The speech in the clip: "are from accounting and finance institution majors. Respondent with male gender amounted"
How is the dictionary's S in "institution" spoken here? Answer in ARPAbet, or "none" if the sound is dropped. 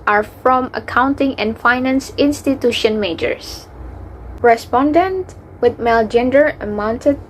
S